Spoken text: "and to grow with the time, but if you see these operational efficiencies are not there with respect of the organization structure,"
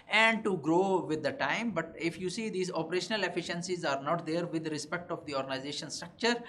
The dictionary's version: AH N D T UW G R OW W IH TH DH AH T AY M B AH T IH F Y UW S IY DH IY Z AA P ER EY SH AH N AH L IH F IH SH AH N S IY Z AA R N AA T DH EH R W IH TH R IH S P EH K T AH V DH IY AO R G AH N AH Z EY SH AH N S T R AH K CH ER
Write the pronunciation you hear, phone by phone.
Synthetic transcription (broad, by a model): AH N D T UW G R OW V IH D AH T AY M B AH T IH F Y UW S IY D IY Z AA P ER EY SH AH N AH L IH F IH SH AH N S IY Z AA R N AA T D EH R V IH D R IH S P EH K T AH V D IY AO R G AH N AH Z EY SH AH N S T R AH K CH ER